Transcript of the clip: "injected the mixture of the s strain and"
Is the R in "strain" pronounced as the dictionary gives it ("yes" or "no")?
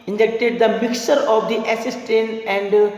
no